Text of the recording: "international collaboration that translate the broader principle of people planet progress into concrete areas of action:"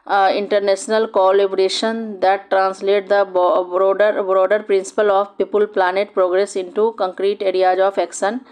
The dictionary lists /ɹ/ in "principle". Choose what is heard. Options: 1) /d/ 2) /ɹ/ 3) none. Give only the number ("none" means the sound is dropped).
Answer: 2